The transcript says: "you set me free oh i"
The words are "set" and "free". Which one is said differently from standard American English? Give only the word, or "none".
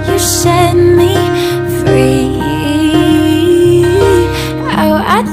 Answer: set